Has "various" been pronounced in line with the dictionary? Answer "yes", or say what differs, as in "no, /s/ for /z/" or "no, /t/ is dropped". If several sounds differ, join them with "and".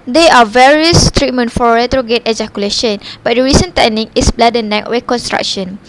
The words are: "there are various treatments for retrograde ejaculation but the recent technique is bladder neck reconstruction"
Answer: yes